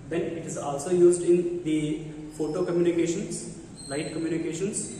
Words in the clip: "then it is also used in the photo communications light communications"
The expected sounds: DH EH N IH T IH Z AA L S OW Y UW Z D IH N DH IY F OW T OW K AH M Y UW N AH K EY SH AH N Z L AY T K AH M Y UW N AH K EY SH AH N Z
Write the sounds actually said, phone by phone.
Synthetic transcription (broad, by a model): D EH N IH T IH Z AA L S OW Y UW Z D IH N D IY F OW T OW K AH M Y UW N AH K EY SH AH N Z L AY T K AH M Y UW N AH K EY SH AH N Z